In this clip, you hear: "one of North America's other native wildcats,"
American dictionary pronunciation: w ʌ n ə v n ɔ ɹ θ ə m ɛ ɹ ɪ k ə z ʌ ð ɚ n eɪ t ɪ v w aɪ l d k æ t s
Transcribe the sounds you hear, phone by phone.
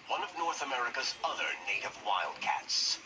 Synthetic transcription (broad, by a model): w ʌ n ə v n ɔ ɹ θ ə m ɛ ɹ ɪ k ə z ʌ ð ɚ n eɪ t ɪ v w aɪ l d k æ t s